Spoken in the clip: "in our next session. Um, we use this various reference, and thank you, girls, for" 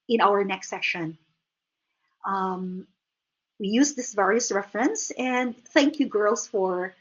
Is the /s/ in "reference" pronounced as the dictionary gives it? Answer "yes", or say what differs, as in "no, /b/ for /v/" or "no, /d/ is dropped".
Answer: yes